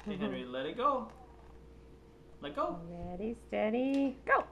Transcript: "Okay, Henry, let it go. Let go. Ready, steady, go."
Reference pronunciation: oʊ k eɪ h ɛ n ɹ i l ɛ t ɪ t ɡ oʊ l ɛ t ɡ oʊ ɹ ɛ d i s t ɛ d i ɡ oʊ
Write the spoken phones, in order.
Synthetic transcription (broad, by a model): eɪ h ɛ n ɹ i l ɛ t ɪ t ɡ oʊ l ɛ t ɡ oʊ l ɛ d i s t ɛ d i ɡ oʊ